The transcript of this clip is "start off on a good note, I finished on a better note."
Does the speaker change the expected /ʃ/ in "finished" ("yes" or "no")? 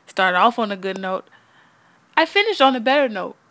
no